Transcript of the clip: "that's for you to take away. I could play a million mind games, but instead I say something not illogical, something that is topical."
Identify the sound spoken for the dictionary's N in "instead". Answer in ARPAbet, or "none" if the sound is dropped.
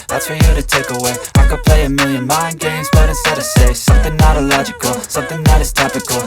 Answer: none